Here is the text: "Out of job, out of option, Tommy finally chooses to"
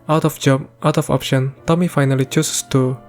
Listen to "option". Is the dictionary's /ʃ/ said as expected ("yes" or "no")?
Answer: yes